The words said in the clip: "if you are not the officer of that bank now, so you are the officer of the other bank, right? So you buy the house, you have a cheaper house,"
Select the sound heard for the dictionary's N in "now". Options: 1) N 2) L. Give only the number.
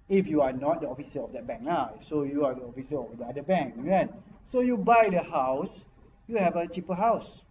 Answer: 2